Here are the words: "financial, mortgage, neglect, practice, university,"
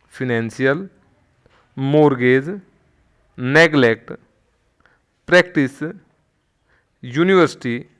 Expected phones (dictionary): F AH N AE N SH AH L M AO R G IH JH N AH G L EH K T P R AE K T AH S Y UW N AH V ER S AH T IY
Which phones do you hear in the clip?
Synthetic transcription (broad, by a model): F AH N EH N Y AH L M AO R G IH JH N AH G L EH K T P R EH K T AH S Y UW N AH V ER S T IY